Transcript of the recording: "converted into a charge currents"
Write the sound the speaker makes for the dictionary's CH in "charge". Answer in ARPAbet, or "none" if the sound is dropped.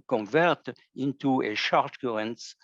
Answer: SH